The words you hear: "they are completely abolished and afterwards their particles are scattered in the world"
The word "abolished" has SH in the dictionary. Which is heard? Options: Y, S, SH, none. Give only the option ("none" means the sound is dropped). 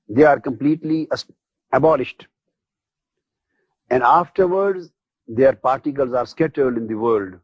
SH